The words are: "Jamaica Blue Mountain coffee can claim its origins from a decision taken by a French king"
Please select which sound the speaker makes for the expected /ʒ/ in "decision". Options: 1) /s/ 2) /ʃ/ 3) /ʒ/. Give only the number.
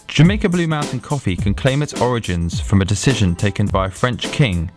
3